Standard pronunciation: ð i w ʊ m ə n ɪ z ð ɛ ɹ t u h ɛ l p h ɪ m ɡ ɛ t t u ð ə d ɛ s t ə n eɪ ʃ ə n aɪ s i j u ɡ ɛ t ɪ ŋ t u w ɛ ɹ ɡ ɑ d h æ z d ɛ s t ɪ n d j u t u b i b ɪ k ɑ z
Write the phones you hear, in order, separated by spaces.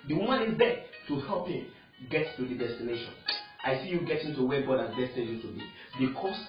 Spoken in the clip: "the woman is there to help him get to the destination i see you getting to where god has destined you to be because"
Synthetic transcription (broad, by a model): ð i w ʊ m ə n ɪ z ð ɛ t u h ɛ l p h ɪ m ɡ ɛ t t u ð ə d ɛ s t ə n eɪ ʃ ə n aɪ s i j u ɡ ɛ t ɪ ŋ t u w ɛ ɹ ɡ ɑ d h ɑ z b ɛ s t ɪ d j u t u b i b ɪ k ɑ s